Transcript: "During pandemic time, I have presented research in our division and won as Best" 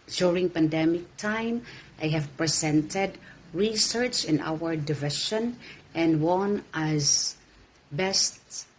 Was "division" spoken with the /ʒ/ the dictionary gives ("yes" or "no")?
no